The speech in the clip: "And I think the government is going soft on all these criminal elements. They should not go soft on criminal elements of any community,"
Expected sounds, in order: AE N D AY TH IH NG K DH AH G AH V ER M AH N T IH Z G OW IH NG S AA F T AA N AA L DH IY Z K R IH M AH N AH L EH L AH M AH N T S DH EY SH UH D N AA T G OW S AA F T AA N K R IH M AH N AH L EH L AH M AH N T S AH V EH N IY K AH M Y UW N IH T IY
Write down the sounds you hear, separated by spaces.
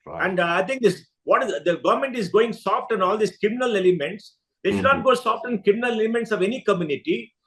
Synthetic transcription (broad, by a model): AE N D AY T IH NG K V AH G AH V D M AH N T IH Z G OW IH NG S AA F T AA N AA L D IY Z K R IH M AH N AH L EH L AH M AH N T S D EY SH UH D N AA T G OW S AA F T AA N K R IH M AH N AH L EH L AH M AH N T S AH V EH N IY K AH M Y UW N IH T IY